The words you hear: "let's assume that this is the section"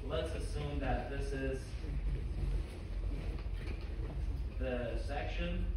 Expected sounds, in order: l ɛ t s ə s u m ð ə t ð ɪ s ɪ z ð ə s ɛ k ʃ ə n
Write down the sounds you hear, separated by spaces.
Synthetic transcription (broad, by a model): l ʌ t s ə s u m ð ə t ð ɪ s ɪ z ð ə s ɛ k ʃ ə n